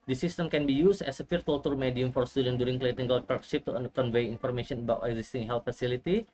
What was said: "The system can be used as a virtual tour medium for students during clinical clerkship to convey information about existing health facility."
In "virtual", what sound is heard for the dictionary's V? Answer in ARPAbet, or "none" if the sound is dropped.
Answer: F